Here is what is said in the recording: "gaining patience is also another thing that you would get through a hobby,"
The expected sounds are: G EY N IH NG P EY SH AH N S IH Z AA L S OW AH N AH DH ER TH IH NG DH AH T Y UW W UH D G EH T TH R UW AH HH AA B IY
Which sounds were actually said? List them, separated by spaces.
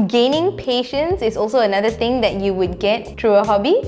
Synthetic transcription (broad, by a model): G EY N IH NG P EY SH AH N S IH S AA L S OW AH N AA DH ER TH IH NG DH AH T Y UW W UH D G EH T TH R UW AH HH AA B IY